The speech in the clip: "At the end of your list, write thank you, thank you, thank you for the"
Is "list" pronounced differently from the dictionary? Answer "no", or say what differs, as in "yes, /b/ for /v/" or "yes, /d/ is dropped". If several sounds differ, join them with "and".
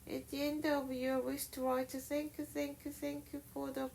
yes, /w/ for /l/ and /ʃ/ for /s/